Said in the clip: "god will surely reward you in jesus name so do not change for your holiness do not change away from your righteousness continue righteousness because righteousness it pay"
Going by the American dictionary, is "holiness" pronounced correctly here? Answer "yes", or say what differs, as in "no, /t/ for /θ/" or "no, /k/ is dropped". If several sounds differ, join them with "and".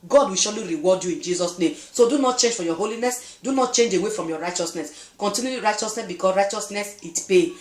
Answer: yes